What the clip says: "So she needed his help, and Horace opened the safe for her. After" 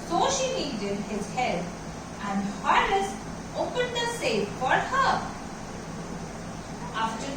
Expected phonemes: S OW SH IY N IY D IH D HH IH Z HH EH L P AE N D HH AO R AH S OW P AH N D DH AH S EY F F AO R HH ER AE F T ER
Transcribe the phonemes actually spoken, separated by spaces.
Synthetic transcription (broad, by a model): S OW SH IY L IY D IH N HH IH Z HH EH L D AE N D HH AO L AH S OW P AH N D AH S EY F F AO R HH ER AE F T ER